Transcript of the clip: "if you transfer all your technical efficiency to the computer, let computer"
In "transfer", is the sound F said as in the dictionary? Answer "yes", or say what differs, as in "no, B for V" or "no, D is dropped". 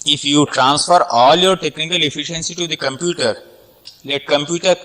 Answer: yes